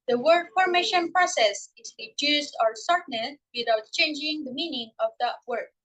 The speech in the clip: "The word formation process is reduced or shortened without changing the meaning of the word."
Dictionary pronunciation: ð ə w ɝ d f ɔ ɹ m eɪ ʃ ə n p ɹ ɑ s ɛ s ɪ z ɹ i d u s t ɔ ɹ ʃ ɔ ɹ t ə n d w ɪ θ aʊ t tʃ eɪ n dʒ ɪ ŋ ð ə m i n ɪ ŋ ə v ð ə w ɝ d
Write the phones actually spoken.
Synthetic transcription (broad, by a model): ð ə w ɝ d f ɔ ɹ m eɪ ʃ ə n p ɹ ɑ s ɛ s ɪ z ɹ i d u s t ɔ ɹ s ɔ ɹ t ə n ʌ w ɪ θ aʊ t tʃ eɪ n dʒ ɪ ŋ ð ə m i n ɪ ŋ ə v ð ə w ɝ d